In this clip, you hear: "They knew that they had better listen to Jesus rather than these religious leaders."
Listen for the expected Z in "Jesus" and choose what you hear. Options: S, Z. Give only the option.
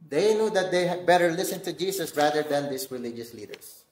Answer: S